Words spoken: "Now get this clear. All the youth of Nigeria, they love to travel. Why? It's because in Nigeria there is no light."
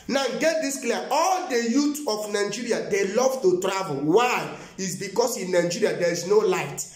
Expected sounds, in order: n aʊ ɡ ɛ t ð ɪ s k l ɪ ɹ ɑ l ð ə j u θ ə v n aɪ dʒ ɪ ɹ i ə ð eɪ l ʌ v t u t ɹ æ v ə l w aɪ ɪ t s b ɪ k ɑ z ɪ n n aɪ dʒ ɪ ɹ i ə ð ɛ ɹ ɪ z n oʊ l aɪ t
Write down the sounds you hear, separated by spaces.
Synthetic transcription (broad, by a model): n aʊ ɡ ɛ t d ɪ s k l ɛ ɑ ɑ l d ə j u t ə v n aɪ dʒ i ɹ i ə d eɪ l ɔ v t u t ɹ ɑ v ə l w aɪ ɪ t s b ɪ k ɑ s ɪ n n aɪ dʒ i ɹ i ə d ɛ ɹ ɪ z n oʊ l aɪ t